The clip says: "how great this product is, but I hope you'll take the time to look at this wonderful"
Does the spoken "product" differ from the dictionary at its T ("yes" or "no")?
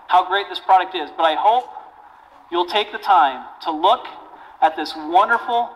no